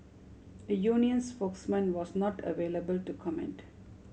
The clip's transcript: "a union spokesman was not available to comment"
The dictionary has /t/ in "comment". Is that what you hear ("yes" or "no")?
yes